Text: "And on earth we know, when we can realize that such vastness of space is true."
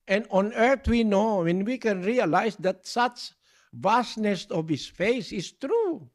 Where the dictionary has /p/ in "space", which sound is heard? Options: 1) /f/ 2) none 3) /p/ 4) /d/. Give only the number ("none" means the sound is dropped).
1